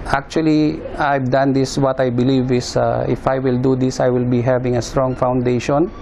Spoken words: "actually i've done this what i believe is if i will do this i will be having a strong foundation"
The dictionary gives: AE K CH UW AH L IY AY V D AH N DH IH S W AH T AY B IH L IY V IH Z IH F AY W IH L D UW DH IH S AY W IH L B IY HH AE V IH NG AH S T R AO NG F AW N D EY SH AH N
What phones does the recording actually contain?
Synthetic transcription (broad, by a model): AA K CH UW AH L IY AY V D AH N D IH S W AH T AY B IH L IY V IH S IH F AY W IH L D UW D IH S AY W IH L B IY HH AE V IH NG AH S T R AO NG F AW N D EY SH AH N